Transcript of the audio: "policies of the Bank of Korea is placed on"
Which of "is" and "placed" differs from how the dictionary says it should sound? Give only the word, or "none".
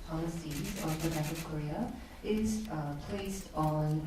is